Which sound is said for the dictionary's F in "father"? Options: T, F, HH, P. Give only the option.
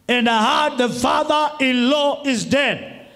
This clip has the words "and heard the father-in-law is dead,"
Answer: F